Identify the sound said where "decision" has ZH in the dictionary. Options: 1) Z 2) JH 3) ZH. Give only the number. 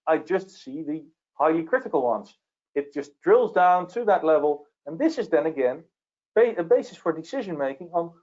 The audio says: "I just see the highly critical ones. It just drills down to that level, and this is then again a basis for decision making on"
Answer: 3